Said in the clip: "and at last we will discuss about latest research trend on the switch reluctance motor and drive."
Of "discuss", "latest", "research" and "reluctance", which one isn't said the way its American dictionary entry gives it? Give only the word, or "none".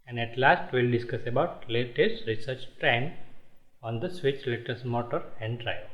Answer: reluctance